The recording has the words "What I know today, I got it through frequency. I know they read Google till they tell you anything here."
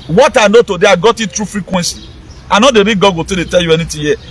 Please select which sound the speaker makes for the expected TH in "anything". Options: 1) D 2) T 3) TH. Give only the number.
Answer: 2